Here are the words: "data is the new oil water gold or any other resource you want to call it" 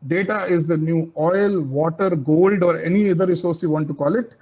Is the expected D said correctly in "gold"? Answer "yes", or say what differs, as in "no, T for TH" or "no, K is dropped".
yes